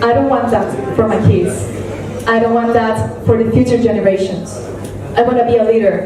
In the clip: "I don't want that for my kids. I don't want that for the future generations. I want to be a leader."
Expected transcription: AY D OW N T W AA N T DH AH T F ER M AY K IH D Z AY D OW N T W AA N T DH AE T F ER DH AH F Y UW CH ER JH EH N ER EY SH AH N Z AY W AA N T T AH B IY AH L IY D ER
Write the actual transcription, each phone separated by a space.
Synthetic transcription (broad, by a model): AY D OW N T W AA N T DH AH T F ER M AY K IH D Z AY D OW N T W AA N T DH AE T F ER DH AH F Y UW CH ER JH EH N ER EY SH AH N Z AY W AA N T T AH B IY AH L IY D ER